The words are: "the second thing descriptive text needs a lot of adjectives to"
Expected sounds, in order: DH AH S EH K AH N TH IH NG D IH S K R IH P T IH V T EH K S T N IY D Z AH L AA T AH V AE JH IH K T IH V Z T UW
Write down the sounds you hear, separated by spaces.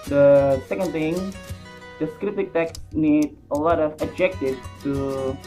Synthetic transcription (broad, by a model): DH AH S EH K AH N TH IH NG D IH S K R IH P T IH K T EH K S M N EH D AH L AA T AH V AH JH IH K T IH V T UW